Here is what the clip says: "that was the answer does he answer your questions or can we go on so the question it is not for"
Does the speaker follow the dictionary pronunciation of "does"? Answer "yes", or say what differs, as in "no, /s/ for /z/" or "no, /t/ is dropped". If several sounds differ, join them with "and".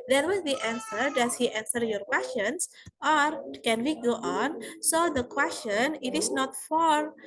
no, /s/ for /z/